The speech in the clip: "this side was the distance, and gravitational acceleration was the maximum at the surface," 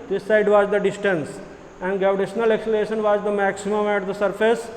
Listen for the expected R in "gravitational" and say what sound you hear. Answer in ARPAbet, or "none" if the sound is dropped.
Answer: none